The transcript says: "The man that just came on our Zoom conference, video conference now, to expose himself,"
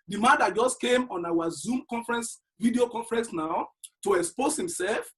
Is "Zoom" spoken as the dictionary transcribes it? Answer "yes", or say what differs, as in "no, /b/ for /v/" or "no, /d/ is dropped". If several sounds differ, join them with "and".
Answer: yes